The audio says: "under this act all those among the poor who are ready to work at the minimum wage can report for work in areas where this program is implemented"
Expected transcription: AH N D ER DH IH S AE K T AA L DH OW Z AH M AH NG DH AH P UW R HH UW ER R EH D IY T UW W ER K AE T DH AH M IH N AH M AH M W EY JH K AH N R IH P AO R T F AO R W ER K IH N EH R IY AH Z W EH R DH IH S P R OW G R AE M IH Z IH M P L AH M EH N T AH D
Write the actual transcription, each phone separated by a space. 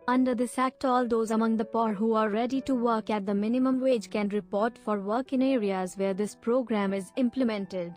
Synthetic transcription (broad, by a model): AH N D ER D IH S AE K T AA L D OW Z AH M AH NG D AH P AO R HH UW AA R EH D IY T UW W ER K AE T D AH M IH N AH M AH M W EY JH K AH N R IH P AO R T F AO R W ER K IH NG EH R IY AH Z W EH R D IH S P R OW G R AE M IH Z IH M P L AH M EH N T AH D